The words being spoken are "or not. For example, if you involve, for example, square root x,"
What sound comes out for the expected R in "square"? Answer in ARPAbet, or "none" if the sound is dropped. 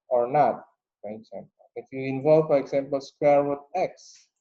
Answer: R